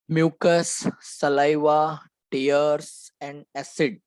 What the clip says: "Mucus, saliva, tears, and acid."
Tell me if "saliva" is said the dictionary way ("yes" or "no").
yes